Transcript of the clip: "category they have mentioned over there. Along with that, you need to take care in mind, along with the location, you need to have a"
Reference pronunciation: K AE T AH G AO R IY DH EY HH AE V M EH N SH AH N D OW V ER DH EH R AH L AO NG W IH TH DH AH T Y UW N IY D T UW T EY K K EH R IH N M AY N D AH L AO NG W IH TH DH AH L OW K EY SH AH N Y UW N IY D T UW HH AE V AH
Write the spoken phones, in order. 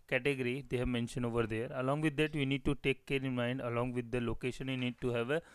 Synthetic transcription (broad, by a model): K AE T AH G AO R IY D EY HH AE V M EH N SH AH N OW V ER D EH R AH L AO NG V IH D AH T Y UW N IY D T UW T EY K K EH R IH N M AY N D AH L AO NG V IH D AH L OW K EY SH AH N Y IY N IY D T UW HH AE V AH